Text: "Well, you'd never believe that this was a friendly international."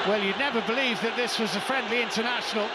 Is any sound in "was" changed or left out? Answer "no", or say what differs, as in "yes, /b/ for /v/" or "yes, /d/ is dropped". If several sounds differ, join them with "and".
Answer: no